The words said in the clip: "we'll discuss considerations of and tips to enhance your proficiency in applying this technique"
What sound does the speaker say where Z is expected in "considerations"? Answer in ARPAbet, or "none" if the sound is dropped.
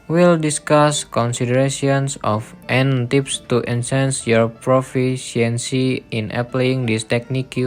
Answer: S